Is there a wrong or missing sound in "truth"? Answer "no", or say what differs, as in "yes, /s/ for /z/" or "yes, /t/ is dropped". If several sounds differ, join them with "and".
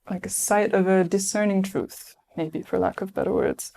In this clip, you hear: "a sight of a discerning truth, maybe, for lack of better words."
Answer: no